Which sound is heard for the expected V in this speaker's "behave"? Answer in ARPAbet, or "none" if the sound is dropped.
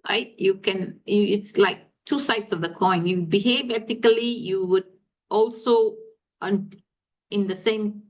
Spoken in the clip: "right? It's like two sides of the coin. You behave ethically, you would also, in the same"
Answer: V